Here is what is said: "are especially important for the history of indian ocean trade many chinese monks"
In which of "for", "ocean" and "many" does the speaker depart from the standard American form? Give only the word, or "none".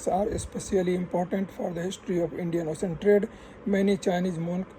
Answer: ocean